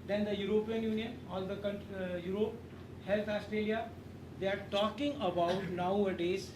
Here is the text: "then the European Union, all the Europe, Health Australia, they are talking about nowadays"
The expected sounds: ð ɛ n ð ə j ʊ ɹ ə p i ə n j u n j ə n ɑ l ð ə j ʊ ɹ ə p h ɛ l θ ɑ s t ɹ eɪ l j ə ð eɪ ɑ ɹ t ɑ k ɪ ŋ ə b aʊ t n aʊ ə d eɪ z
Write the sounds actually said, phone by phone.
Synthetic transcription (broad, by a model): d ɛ n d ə j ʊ ɹ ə p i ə n j u n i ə n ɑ l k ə j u ɹ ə p h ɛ l t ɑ s t ɹ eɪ l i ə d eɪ ɑ ɹ t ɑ k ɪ ŋ ə b aʊ t n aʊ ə d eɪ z